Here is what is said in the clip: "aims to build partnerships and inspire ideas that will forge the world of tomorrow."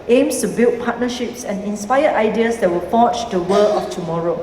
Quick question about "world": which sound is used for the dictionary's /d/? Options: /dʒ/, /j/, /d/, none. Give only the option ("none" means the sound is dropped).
none